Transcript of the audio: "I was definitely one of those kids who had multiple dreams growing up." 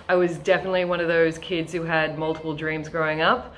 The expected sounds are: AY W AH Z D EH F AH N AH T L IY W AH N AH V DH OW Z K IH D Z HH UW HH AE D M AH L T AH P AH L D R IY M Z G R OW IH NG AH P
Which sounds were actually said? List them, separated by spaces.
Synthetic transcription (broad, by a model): AY W AH Z D EH F AH N AH T L IY W AH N AH V DH OW Z K IH D Z HH UW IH D M AH L T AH P L D R IY M Z G R OW IH NG AH P